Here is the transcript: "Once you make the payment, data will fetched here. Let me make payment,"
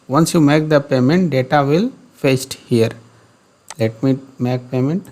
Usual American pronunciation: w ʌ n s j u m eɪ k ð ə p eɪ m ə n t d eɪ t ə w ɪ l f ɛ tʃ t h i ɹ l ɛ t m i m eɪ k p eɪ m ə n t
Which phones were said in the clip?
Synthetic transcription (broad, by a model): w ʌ n s j u m eɪ k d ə p eɪ m ə n t d eɪ t ə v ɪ l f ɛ s t h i ɹ l ɛ t m i m eɪ k p eɪ m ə n t